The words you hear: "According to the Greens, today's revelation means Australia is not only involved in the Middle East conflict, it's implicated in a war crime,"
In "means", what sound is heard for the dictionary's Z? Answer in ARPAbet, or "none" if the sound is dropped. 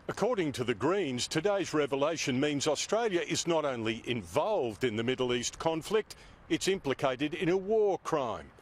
Z